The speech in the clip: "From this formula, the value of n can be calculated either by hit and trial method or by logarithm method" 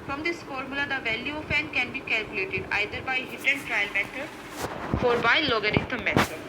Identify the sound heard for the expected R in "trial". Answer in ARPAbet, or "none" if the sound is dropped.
R